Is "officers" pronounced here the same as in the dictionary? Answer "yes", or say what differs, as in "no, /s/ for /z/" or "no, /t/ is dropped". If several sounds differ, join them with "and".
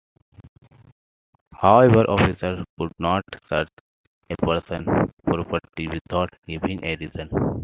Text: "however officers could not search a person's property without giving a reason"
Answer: no, /z/ is dropped